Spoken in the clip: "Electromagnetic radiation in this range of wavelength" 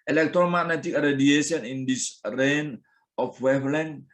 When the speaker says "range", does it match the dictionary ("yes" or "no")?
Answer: no